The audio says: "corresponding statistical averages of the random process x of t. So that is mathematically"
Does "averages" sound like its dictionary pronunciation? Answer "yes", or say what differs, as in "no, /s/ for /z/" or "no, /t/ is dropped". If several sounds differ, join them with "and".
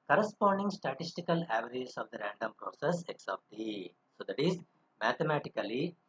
no, /ɹ/ is dropped and /s/ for /z/